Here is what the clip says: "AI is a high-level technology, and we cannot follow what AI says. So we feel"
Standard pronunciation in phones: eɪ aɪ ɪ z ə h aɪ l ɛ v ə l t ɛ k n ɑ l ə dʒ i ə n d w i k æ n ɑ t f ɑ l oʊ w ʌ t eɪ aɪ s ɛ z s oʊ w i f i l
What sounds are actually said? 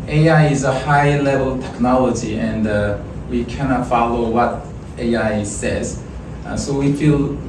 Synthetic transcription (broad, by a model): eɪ aɪ ɪ z ə h aɪ l ɛ v ə l t ɛ k n ɑ l ə dʒ i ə n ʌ w i k æ n ɑ t f ɑ l oʊ w ʌ t eɪ aɪ s ɛ z s oʊ w i f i l